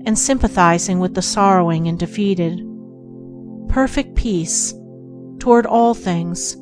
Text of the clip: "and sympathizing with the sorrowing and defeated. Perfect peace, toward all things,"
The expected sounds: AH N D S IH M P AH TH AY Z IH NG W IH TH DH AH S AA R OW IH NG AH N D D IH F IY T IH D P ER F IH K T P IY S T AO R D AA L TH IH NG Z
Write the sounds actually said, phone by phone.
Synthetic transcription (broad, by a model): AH N S IH M P AH TH AY Z IH NG W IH DH AH S AA R OW IH NG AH N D D IH F IY T IH D P ER F IH K T P IY S T AO R D AA L TH IH NG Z